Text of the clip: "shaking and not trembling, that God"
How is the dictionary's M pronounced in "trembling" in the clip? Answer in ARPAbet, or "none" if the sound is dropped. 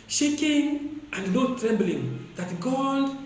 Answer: M